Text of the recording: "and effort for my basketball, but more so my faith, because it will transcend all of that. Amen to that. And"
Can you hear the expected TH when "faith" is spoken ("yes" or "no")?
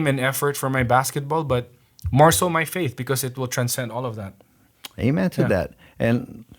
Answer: yes